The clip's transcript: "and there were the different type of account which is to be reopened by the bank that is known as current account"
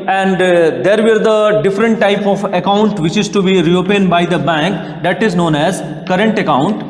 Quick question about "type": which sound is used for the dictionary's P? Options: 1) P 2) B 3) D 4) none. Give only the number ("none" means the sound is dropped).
1